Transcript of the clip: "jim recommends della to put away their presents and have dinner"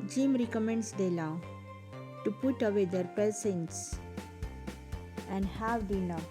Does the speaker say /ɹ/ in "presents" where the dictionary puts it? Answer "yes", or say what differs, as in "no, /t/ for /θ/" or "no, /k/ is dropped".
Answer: no, /ɹ/ is dropped